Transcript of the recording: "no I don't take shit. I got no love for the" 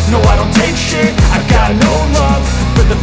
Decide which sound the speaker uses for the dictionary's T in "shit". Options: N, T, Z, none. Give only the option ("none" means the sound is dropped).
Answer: none